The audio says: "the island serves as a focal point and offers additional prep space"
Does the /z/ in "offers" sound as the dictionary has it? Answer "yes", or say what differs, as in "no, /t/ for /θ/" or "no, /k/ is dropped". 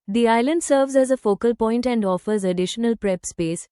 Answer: yes